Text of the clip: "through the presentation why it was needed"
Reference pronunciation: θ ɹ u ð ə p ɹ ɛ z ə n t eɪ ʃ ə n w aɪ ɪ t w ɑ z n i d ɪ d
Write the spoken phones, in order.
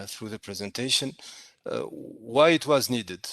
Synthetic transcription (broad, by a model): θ ɹ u ð ə p ɹ ɛ z ə n t eɪ ʃ ə n w aɪ ɪ t w ɑ z n i d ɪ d